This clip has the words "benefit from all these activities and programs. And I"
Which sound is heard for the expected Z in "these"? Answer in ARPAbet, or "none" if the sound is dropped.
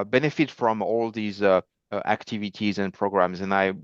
Z